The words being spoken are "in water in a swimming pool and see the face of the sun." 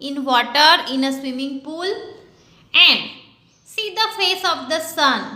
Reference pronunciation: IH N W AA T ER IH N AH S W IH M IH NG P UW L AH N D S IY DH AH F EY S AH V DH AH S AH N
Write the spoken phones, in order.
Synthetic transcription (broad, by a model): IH N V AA T ER IH N AH S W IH M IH NG P UW L AH N D S IY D AH F EY S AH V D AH S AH N